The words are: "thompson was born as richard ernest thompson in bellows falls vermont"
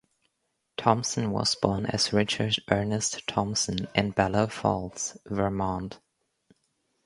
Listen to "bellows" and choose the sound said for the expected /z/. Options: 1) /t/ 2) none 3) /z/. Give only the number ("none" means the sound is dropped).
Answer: 2